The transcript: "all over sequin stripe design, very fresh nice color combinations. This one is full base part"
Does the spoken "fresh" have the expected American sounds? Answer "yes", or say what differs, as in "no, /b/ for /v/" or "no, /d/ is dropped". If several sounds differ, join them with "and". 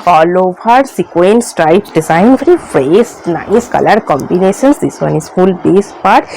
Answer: no, /s/ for /ʃ/